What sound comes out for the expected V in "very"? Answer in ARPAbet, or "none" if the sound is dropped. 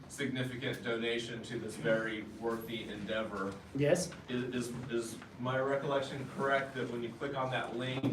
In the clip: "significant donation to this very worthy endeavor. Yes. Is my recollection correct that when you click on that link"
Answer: V